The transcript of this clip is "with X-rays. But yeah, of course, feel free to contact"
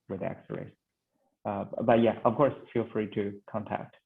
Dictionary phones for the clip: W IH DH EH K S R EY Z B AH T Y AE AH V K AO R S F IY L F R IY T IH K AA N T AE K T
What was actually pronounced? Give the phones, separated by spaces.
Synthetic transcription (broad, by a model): W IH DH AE K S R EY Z B AH T Y AE AH V K AO R S F IY L F R IY T IH K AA N T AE K T